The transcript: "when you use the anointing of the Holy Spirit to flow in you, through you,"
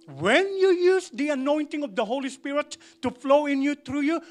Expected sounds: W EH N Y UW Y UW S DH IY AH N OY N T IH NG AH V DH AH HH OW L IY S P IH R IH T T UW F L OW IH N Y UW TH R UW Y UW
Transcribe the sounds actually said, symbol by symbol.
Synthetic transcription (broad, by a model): W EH N Y UW Y UW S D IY AH N OY N T IH NG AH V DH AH HH OW L IY S P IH R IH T T UW F L OW IH N Y UW T R UW Y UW